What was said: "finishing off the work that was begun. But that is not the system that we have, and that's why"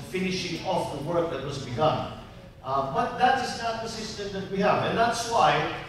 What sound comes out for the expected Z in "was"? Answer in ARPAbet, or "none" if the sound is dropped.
Z